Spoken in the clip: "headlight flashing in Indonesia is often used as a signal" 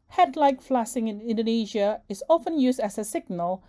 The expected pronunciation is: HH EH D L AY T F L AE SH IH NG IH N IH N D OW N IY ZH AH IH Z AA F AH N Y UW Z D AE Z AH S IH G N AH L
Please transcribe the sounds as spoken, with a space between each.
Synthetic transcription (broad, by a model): HH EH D L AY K F L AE S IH NG IH N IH N D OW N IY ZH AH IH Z AA F AH N Y UW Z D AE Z AH S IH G N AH L